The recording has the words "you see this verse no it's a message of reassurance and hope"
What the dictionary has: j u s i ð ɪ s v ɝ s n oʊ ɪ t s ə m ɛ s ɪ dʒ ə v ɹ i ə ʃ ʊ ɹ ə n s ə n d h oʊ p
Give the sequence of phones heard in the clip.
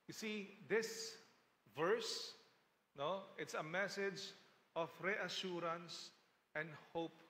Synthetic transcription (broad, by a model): j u s i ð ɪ s v ɝ s n oʊ ɪ t s ə m ɛ s ɪ dʒ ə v ɹ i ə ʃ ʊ ɹ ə n s ə n d h oʊ p